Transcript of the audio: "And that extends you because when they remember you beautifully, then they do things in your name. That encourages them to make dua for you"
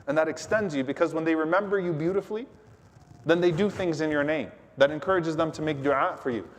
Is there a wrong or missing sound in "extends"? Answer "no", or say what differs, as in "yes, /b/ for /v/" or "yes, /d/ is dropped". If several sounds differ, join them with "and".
no